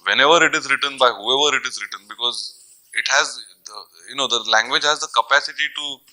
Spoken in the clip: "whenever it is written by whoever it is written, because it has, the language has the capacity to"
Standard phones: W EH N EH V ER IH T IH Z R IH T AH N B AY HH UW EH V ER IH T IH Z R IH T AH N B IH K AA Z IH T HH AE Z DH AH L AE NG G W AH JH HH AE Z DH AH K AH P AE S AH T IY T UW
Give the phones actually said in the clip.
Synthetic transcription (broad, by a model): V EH N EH V ER IH T IH Z R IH T AH N B AY HH UW EH V ER IH T IH Z R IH T AH N B IH K AA Z IH T HH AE Z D AH L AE NG G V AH JH HH AE Z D AH K AH P AE S AH T IY T UW